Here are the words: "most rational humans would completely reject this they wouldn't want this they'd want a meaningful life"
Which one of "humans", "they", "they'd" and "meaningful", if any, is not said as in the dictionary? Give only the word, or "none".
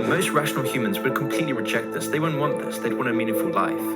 none